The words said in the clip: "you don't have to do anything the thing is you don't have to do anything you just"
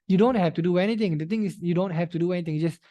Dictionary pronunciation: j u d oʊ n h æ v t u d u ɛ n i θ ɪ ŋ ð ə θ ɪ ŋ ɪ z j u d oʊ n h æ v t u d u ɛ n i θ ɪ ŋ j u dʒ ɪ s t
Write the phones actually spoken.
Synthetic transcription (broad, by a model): j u d oʊ n h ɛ f t u d u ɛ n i t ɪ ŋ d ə t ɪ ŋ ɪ s j u d oʊ n h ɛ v t u d u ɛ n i t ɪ ŋ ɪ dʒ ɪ s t